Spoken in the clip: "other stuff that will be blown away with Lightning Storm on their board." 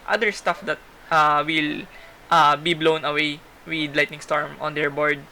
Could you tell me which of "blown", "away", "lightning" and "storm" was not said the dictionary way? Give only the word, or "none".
none